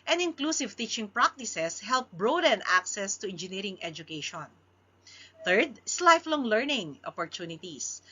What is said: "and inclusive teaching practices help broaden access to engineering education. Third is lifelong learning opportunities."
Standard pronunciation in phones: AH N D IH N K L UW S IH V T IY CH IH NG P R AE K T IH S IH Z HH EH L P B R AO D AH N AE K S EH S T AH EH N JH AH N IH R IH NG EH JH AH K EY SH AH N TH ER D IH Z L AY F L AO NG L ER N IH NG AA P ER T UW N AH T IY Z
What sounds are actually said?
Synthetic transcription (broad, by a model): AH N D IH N K L UW S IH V T IY CH IH NG P R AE K T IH S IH S HH EH L P B R AO D AH N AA K S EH S T AH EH N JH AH N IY R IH NG EH JH AH K EY SH AH N TH ER D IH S L AY F L AO NG L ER N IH NG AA P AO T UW N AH T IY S